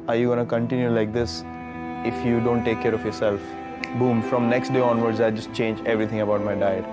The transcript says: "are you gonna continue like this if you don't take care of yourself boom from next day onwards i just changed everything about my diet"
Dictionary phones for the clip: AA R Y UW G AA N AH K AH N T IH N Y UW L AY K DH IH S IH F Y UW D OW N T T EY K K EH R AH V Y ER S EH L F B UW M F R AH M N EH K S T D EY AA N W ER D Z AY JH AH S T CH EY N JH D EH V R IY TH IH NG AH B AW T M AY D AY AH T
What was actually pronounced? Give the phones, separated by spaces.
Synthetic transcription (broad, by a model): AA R Y UW G AA N AH K AH N T IH N Y UW L AY K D IH S IH F Y UW D OW N T T EY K K EH R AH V Y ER S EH L F B UW M F R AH M N EH K S T D EY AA N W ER D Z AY JH AH S T CH EY N JH EH V R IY T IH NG AH B AW T M AY D AY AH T